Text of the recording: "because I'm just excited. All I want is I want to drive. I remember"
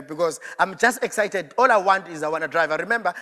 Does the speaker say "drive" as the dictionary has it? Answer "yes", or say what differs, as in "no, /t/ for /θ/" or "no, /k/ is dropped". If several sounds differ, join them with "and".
yes